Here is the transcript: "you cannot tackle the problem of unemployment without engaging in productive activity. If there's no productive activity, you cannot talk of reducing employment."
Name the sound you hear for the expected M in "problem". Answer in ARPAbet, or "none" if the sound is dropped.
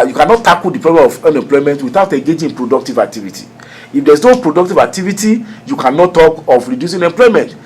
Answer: none